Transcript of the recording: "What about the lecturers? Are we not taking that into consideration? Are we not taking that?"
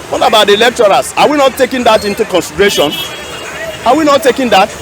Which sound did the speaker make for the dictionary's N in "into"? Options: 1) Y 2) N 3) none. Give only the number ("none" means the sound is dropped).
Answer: 2